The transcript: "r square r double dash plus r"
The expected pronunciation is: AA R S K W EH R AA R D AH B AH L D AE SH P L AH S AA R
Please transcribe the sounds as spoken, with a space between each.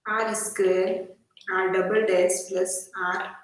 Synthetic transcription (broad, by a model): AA R S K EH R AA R D AH B AH L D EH S P L AH S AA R